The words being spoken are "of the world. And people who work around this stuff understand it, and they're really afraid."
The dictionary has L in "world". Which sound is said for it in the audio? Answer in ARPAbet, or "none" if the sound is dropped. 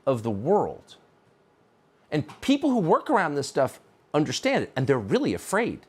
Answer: L